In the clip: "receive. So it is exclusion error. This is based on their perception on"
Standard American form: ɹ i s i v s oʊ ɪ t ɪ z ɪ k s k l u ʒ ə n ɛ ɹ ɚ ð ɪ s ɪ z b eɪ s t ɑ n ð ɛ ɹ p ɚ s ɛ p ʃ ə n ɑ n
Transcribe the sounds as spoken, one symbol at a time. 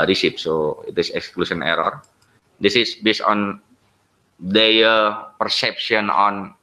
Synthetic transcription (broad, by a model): ɹ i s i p s oʊ ɪ t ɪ s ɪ k s k l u s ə n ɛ ɹ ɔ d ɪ s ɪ s b eɪ s t ɑ n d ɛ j p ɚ s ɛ p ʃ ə n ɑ n